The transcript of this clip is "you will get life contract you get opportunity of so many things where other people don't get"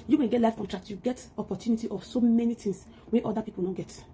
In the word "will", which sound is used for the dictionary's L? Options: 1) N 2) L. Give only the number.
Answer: 1